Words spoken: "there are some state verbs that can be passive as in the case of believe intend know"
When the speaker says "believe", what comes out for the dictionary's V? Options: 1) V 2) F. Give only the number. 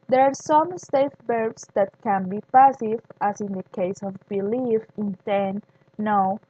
2